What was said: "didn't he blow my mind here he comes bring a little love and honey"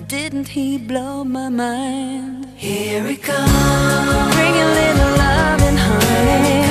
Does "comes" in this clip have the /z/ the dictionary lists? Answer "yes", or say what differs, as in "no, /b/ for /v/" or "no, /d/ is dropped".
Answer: no, /z/ is dropped